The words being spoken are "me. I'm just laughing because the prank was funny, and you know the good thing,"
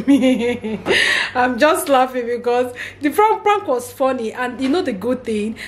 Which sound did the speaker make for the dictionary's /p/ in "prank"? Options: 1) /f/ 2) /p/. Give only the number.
1